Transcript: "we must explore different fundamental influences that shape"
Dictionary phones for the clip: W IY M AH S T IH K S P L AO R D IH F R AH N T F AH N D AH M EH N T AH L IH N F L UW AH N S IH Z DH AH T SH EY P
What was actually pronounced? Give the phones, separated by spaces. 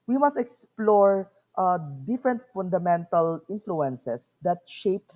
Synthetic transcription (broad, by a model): W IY M AH S T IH K S P L AO R D IH F R AH N T F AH N D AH M EH N T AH L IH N F L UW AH N S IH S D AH T SH EY P